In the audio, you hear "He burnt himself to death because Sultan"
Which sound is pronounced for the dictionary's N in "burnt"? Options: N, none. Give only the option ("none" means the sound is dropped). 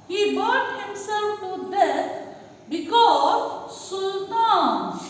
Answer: none